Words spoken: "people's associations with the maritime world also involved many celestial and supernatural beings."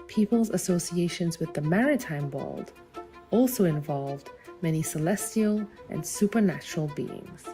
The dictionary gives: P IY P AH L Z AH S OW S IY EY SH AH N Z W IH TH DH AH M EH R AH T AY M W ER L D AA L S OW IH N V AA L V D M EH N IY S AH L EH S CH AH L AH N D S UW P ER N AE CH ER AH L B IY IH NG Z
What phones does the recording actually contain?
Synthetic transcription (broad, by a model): P IY P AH L Z AH S OW S IY EY SH AH N Z W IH DH AH M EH R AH T AY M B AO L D AA L S OW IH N V AA L V D M EH N IY S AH L EH S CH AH L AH N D S UW P ER N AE CH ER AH L B IY IH NG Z